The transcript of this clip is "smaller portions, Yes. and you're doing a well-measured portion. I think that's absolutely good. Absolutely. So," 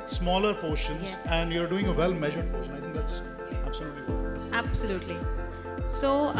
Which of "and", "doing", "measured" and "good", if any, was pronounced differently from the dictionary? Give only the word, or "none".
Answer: good